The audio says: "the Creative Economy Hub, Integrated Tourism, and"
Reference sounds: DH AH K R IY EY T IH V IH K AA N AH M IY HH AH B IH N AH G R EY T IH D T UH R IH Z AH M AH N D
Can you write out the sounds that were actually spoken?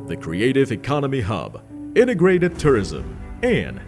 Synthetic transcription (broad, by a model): DH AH K R IY EY T IH V IH K AA N AH M IY HH AH B IH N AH G R EY T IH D T UH R IH Z AH M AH N